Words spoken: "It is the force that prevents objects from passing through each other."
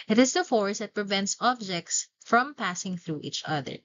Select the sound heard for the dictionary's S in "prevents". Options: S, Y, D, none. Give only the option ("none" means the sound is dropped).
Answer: S